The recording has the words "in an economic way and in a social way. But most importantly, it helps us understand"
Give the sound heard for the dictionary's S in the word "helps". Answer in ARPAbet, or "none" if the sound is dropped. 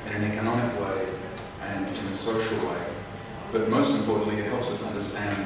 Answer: S